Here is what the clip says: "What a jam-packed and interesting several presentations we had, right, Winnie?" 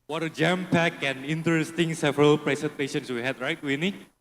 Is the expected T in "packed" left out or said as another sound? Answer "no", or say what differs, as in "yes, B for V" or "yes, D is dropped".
yes, T is dropped